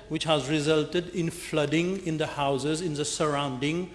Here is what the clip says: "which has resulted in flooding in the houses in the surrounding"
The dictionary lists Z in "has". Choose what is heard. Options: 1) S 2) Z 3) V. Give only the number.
2